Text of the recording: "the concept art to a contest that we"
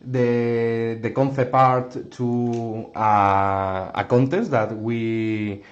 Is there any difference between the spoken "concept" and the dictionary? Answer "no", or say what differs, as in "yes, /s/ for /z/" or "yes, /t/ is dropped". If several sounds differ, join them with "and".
yes, /θ/ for /s/ and /t/ is dropped